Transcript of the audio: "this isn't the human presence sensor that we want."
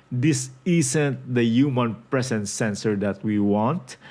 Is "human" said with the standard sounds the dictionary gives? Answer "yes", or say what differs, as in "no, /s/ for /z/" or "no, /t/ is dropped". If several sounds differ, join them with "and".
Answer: yes